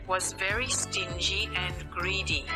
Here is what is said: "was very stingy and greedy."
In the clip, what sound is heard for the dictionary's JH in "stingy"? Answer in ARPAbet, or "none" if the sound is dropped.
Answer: JH